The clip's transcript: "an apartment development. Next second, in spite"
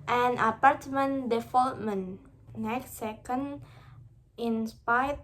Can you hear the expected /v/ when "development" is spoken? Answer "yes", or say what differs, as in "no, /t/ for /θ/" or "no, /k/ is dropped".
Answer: no, /f/ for /v/